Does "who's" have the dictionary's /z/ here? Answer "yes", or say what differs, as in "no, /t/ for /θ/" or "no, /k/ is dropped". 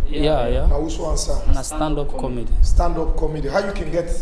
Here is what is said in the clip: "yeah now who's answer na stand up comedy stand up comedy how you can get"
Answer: no, /z/ is dropped